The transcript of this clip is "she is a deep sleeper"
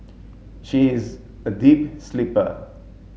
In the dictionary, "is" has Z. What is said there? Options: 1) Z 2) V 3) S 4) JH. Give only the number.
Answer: 1